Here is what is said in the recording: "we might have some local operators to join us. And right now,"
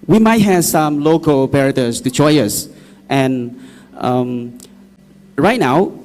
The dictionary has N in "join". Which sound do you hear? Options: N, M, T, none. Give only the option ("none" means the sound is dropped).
none